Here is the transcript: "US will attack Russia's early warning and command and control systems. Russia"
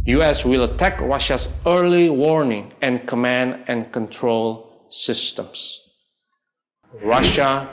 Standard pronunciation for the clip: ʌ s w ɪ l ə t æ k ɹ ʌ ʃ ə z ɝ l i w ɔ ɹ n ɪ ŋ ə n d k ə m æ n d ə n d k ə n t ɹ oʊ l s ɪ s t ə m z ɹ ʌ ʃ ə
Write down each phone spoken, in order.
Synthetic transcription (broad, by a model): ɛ s w ɪ l ə t æ k ɹ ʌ ʃ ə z ɝ l i w ɔ ɹ n ɪ ŋ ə n k ə m æ n d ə n k ə n t ɹ oʊ l s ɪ s t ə m s ɹ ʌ ʃ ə